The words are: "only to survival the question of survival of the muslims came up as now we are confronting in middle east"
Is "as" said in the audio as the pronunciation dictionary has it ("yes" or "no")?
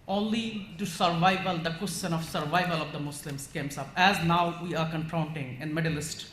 yes